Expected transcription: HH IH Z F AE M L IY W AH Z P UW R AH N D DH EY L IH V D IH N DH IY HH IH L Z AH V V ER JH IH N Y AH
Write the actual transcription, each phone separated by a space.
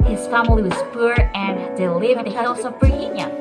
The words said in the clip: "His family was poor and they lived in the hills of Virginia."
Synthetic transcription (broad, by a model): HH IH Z F AE M L IY W AH Z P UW R AH N D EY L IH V IH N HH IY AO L S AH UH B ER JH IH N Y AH